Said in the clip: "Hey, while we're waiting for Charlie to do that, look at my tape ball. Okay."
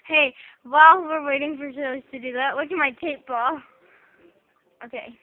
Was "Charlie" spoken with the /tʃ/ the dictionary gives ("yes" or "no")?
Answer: no